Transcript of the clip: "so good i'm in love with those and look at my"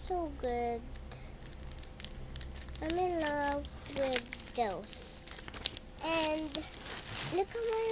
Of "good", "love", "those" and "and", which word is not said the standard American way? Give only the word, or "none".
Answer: those